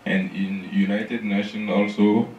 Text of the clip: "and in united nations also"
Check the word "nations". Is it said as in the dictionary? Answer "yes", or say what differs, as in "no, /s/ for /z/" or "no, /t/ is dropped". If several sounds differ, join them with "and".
no, /z/ is dropped